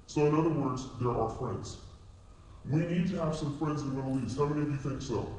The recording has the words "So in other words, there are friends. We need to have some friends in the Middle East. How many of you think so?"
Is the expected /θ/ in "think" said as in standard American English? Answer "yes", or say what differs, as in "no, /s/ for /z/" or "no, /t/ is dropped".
yes